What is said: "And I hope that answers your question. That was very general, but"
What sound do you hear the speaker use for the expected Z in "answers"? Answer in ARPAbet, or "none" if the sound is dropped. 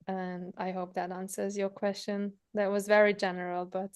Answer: Z